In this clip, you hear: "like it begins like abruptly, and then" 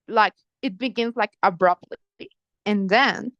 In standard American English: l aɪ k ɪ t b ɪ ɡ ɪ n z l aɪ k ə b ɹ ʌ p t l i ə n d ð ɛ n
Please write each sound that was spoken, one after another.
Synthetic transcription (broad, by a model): l aɪ k ɪ t b ɪ ɡ ɪ n z l aɪ k ə b ɹ ʌ p t l i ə n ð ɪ n